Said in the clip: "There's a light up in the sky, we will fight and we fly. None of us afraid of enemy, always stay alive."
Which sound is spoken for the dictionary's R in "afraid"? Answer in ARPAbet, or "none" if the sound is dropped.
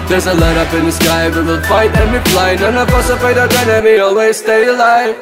none